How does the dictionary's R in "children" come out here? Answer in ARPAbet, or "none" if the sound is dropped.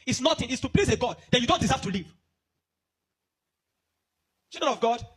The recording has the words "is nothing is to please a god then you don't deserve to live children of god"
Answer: none